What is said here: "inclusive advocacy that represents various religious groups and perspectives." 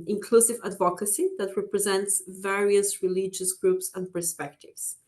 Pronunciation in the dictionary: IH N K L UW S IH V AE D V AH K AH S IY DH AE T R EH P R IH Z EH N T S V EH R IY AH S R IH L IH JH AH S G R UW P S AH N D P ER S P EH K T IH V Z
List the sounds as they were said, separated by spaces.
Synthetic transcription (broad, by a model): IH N K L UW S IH V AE D V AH K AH S IY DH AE T R EH P R IH Z EH N T S V EH R IY AH S R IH L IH JH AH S G R UW P S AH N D P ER S P EH K T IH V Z